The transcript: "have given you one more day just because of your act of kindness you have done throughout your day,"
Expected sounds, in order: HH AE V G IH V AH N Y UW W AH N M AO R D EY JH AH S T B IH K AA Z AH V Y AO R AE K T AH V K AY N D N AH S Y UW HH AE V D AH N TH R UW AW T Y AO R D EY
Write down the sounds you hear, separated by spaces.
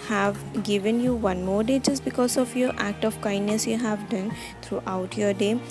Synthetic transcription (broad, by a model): HH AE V G IH V AH N Y UW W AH N M AO R D EY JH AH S B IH K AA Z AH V Y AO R AE K T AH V K AY N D N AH S Y UW HH AE V D AH N T R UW AW T Y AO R D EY